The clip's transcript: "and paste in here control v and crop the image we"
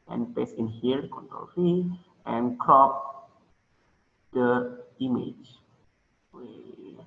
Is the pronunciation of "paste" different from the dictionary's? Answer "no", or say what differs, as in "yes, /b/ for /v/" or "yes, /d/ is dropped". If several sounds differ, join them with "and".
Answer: yes, /t/ is dropped